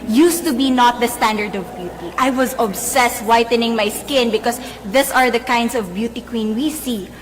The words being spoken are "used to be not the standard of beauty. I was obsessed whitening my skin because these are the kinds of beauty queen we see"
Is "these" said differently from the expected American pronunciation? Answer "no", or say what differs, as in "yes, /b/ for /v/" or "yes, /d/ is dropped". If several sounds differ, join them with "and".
yes, /s/ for /z/